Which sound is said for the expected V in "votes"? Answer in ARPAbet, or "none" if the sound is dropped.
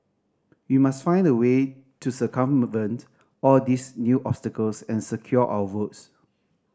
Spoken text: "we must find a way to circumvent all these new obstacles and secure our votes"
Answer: W